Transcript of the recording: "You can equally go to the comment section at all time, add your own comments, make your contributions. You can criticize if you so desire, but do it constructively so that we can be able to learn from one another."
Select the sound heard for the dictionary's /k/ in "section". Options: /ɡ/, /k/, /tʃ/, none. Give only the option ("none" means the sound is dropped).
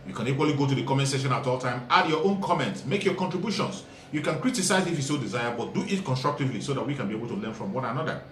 none